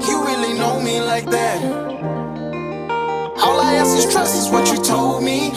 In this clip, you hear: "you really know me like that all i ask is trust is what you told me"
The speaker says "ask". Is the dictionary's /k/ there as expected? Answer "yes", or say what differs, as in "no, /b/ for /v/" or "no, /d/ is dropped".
no, /k/ is dropped